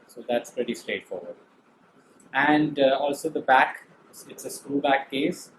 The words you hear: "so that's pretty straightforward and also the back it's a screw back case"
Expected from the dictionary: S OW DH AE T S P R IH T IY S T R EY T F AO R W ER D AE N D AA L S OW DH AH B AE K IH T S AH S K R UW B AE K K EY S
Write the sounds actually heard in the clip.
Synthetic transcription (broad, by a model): S OW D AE T S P R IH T IY S T R EY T F AO R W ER D AE N D AA L S OW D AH B AE K IH T S AH S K UW B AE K K EY S